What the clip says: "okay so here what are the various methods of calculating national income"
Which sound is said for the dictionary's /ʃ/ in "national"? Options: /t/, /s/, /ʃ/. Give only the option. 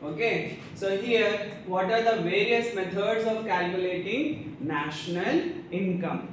/ʃ/